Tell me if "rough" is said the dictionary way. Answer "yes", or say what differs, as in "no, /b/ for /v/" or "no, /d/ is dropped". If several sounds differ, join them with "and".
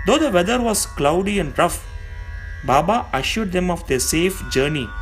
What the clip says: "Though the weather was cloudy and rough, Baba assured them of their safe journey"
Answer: yes